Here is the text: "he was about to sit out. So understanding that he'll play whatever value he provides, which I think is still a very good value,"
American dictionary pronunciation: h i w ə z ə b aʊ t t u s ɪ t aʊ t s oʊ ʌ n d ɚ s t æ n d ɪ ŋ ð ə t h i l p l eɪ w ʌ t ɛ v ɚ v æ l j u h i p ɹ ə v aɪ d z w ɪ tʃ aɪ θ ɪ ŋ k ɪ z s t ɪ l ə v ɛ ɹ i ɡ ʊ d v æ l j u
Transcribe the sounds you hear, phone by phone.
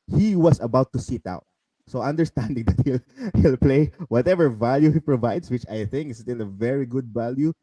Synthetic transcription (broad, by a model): h i w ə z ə b aʊ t t u s ɪ t aʊ t s oʊ ʌ n d ɚ s t æ n d ɪ ŋ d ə t h i l p l eɪ w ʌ t ɛ v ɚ v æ l j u h i p ɹ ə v aɪ d s w ɪ tʃ aɪ θ ɪ ŋ k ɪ s t ɪ l ə v ɛ ɹ i ɡ ʊ d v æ l j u